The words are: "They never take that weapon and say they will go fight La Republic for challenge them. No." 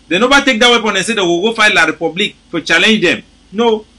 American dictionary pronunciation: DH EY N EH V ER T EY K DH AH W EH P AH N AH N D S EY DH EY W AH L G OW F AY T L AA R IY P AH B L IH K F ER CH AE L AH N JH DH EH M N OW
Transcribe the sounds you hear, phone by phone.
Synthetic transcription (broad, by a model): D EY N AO B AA T EY K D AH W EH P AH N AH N S EY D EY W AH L G OW F AY T L AA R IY P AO B L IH K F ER CH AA L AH N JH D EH M N OW